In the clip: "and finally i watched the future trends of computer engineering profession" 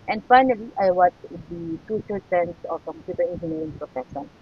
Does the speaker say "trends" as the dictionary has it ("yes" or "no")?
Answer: no